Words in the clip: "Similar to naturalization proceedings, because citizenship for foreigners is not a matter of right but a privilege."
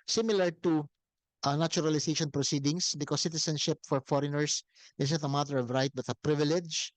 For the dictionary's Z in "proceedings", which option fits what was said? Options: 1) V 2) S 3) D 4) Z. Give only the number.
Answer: 2